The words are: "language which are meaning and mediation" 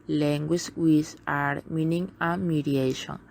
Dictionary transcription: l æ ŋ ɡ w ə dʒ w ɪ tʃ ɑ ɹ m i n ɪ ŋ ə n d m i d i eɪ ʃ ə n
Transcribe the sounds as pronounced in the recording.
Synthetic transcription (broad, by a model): l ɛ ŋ ɡ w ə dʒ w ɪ s ɑ ɹ m i n ɪ ŋ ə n m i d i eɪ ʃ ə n